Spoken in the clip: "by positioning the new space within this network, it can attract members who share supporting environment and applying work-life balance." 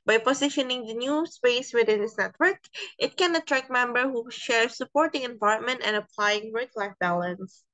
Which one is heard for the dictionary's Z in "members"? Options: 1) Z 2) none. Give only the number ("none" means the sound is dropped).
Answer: 2